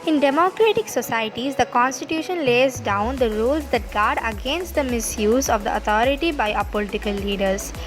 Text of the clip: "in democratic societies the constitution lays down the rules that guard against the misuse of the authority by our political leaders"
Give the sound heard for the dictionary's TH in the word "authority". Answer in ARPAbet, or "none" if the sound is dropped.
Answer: T